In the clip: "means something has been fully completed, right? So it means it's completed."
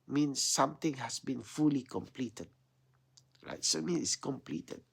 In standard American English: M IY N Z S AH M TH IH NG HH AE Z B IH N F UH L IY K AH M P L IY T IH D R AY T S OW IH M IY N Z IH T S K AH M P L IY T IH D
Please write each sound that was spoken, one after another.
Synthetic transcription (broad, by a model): M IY N S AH M T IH NG HH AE S B IH N F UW L IY K AH M P L IY T IH D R AY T S OW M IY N IH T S K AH M P L IY T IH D